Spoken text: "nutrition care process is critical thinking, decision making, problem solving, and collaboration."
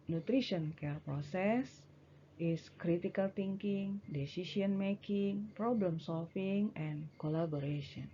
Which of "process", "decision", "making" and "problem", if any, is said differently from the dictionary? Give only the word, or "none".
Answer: decision